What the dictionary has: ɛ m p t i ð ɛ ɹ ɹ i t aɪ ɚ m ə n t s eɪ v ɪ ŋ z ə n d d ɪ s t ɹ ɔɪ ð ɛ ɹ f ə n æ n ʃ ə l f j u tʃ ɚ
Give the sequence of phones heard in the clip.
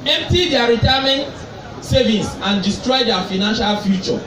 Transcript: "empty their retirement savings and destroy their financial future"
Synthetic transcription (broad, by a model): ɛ m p t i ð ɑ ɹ ɹ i t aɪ m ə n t s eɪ v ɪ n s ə n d d ɪ s t ɹ ɔɪ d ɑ f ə n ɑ n ʃ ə l f j u tʃ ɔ